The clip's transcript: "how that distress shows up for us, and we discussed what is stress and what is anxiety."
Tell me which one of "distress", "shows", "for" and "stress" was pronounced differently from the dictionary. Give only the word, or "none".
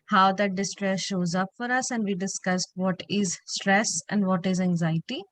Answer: none